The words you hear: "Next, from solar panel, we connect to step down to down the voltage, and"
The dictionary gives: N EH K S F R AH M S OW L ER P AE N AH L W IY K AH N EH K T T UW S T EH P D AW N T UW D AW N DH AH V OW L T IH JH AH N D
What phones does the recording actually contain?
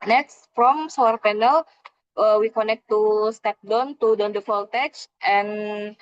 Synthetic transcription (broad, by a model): N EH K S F R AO M S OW ER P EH N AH L W IY K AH N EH K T T UW S T EH P D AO N T UW D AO N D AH F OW L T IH CH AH N